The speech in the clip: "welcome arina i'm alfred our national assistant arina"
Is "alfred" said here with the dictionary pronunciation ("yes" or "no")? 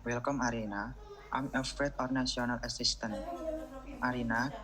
no